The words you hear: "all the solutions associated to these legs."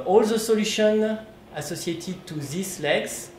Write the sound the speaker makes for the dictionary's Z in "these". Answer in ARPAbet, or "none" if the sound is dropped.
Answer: S